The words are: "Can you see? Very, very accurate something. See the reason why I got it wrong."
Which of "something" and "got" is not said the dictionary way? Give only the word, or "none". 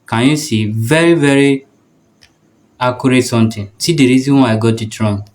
something